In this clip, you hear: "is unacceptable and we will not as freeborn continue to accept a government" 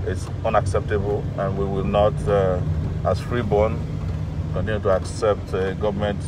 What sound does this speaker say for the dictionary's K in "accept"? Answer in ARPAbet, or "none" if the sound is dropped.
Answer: K